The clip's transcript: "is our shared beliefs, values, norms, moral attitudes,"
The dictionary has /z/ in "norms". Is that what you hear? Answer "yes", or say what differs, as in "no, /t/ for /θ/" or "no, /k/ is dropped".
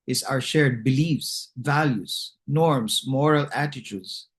no, /s/ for /z/